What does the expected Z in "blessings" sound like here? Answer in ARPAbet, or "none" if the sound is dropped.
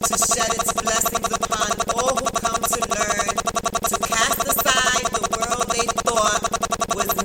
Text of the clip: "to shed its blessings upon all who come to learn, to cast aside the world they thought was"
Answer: Z